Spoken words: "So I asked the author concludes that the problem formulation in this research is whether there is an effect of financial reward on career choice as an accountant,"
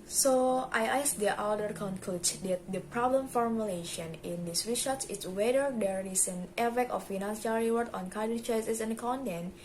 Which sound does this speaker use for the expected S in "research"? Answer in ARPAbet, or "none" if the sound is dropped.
SH